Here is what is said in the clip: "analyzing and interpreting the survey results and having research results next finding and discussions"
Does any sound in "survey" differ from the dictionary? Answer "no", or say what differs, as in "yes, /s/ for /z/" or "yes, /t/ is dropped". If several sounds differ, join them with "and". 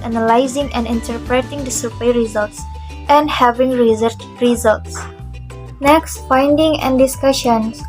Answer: yes, /p/ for /v/